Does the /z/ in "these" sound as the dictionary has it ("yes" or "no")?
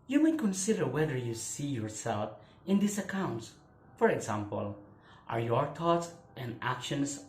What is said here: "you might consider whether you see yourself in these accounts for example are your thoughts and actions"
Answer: no